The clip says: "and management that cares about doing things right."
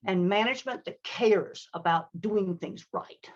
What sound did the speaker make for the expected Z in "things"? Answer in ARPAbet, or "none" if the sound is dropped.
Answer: Z